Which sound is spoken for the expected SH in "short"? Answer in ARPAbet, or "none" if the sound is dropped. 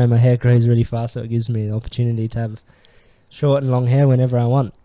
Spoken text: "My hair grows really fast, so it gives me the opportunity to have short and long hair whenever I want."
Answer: SH